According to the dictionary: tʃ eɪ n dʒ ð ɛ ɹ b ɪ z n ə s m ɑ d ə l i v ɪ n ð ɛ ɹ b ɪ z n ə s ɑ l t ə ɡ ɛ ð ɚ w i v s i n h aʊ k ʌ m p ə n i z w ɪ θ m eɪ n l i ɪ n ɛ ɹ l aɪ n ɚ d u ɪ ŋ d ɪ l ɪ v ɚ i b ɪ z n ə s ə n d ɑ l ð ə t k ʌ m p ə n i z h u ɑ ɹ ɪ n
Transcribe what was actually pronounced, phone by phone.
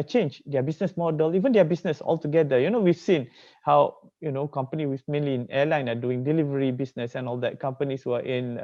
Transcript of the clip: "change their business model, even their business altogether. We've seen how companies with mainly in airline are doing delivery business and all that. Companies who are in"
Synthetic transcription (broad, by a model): tʃ eɪ n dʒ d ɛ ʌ b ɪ s n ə s m ɑ d ə l i v ɪ n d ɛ b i s n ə s ɑ l t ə ɡ ɛ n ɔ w i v s i n h aʊ k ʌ m p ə n i w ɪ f m eɪ n l i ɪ n ɛ l aɪ n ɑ d u ɪ ŋ d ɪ l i v ɚ i b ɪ s n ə s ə n ɑ l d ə t k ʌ m p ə n i s h u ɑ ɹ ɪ n